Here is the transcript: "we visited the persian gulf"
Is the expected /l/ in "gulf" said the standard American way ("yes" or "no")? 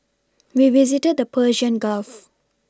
yes